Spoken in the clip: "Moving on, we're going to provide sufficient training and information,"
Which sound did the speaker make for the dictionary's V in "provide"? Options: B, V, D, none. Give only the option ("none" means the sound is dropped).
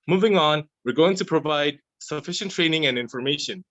V